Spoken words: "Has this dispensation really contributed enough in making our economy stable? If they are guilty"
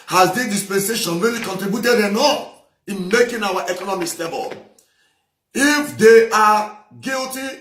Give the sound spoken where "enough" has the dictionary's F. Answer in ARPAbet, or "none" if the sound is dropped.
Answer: none